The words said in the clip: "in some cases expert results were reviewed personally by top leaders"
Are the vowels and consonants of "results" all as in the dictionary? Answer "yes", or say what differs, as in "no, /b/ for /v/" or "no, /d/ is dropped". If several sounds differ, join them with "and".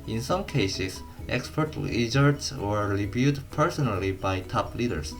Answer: no, /l/ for /ɹ/